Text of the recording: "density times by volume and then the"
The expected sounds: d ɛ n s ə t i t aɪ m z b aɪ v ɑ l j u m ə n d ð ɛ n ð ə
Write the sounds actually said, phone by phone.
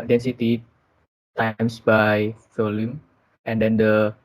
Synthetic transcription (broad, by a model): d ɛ n s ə t i t aɪ m s b aɪ f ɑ l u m ə n d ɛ n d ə